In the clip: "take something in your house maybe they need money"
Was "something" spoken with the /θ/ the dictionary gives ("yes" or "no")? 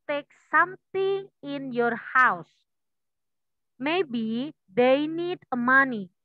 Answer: no